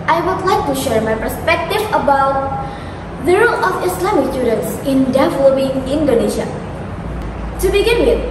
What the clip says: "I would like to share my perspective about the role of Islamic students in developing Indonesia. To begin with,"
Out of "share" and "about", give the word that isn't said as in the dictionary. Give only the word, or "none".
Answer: none